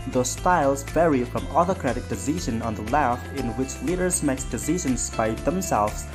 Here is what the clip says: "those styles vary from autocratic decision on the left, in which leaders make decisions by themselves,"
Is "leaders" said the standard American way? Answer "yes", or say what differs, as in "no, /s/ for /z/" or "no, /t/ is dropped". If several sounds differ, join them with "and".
yes